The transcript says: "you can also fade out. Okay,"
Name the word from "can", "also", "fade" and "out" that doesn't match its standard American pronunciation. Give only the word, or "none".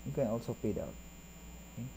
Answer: fade